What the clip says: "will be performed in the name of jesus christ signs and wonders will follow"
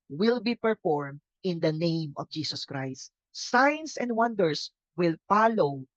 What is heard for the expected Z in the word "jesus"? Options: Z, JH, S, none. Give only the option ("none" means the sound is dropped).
S